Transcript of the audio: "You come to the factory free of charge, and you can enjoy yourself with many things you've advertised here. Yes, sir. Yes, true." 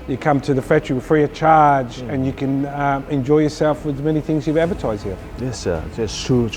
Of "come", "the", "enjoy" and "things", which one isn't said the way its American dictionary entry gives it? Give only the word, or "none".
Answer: none